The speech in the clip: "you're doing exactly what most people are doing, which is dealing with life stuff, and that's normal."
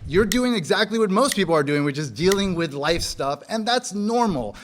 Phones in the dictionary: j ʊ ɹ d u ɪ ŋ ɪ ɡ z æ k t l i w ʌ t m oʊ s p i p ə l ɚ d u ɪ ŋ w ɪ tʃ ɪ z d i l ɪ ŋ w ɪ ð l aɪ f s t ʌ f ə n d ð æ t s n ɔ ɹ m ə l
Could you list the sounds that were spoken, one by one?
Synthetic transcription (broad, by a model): j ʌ ɹ d u ɪ ŋ ɪ ɡ z æ k t l i w ʌ t m oʊ s p i p l ɚ d u ɪ ŋ w ɪ tʃ ɪ z d i l ɪ ŋ w ɪ ð l aɪ f s t ʌ f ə n ð æ t s n ɔ ɹ m l